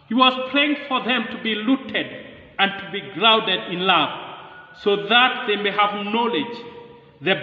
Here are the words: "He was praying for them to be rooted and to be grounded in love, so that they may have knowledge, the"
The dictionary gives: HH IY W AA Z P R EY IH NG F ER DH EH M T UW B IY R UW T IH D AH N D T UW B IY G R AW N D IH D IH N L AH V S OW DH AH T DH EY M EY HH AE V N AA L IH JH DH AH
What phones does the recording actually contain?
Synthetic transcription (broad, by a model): HH IY W AA Z P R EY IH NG F ER DH EH M T UW B IY L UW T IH D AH N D T UW B IY G R AW N D IH D IH N L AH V S OW DH AH T DH EY M EY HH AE V N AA L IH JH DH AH